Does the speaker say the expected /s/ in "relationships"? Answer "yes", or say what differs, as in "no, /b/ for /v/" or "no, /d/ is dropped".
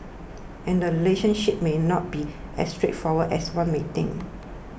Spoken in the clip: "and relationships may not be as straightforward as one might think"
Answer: no, /s/ is dropped